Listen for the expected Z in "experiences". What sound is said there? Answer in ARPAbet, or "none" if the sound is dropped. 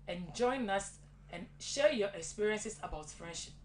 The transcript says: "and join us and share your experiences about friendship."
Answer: S